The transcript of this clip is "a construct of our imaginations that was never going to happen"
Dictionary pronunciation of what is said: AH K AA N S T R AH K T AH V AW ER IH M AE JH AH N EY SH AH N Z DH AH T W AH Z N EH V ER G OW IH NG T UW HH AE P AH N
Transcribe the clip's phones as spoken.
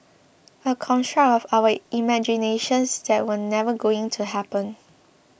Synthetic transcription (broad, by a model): AH K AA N T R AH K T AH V AW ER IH M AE JH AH N EY SH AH N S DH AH T W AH N EH V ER G OW IH NG T UW HH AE P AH N